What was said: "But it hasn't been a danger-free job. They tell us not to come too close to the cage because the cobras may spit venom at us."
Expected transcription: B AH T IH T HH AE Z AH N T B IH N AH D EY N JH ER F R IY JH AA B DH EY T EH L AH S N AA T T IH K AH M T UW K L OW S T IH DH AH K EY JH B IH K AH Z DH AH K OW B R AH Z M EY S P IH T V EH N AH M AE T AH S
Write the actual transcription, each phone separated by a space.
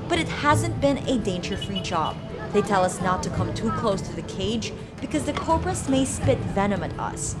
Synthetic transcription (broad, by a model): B AH T IH T HH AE Z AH N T B IH N AH D EY N JH ER F R IY JH AA B DH EY T EH L AH S N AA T T IH K AH M T UW K L OW S T IH DH AH K EY JH B IH K AH Z DH AH K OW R R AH S M EY S P IH T V EH N AH M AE T AH S